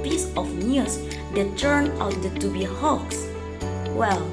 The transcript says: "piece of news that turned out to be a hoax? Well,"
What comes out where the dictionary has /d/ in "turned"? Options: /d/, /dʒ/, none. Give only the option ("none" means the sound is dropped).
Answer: none